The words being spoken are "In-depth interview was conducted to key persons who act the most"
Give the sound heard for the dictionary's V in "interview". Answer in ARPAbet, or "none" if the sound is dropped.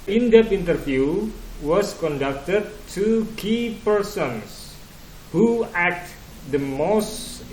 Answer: F